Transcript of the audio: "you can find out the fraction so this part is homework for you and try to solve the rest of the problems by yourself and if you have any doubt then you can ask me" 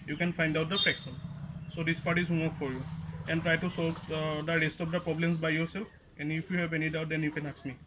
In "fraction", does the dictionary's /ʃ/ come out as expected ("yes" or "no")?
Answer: no